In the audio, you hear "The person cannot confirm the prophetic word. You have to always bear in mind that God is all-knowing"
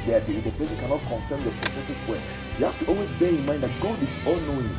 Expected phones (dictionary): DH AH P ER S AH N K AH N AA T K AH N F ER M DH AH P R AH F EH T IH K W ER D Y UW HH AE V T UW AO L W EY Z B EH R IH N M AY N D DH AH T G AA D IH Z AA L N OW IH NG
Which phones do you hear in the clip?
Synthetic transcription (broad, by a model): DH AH P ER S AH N K AH N AA T K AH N F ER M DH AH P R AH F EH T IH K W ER Y UW HH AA F T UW AO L W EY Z B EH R IH N M AY N D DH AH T G AA D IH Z AA L N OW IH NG